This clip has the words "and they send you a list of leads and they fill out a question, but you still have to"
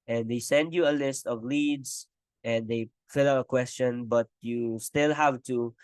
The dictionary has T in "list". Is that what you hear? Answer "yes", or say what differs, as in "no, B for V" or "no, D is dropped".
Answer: yes